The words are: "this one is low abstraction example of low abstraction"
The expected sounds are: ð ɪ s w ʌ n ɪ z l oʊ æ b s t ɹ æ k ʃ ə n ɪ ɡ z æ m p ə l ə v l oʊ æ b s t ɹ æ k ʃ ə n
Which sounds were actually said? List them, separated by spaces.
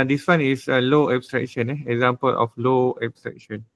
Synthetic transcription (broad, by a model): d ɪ s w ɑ n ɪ s l oʊ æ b s t ɹ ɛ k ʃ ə n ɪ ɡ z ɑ m p ə l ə f l oʊ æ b s t ɹ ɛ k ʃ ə n